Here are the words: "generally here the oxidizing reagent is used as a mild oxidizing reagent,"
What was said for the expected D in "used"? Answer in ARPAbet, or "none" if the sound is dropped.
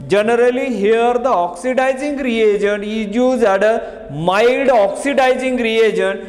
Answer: none